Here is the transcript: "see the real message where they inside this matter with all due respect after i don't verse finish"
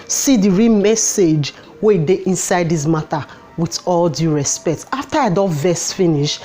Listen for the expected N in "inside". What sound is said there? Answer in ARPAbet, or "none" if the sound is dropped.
N